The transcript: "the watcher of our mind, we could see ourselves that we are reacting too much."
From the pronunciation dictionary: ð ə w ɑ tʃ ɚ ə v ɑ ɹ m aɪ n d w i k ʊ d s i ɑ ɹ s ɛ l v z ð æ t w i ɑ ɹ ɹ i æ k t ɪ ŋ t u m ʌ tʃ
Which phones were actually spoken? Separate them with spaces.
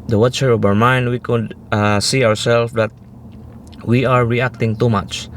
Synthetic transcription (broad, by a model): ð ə w ɑ tʃ ɚ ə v ɑ ɹ m aɪ n d w i k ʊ d s i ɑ ɹ s ɛ l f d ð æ t w i ɑ ɹ ɹ i æ k t ɪ ŋ t u m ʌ tʃ